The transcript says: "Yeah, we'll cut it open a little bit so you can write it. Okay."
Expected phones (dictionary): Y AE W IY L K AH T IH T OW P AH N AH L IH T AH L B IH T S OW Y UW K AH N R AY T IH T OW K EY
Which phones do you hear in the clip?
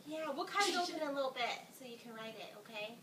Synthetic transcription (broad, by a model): Y AE W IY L K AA IH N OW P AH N AH L IH T L B IH T S OW Y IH K AH N R AY T IH T OW K EY